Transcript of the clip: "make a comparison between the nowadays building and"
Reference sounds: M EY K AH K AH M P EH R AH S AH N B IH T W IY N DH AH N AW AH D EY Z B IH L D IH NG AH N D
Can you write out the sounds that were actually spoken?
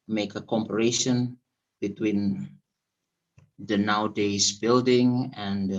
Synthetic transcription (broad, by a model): M EY K AH K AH M P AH R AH SH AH N B IH T W IY N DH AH N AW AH D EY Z B IH L D IH NG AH N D